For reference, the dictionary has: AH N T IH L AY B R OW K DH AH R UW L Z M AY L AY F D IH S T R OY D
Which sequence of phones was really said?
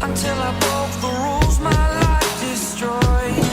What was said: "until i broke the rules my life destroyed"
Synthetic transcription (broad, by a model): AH N T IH L AY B OW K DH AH R UW L Z M AY L AY F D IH S T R OY